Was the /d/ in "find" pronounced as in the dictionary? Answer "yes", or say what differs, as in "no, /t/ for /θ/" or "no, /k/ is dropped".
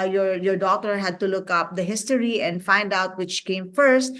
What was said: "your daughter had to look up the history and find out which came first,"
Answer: yes